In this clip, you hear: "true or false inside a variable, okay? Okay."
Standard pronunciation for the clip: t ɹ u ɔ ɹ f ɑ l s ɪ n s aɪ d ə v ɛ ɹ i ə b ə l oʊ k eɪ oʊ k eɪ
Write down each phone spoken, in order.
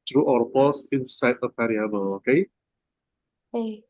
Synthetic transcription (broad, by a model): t ɹ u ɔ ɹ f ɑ s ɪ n s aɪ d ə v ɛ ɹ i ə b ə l oʊ k eɪ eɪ